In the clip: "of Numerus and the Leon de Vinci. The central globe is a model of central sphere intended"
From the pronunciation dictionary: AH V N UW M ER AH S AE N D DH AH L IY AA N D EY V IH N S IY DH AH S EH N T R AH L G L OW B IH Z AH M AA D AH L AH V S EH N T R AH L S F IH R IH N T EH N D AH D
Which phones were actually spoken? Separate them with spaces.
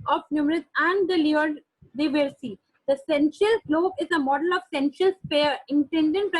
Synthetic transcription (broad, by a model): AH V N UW M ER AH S AE N D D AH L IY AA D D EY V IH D S IY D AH S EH N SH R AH L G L OW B IH Z AH M AA D AH L AH V S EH N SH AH L S P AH R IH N T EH N D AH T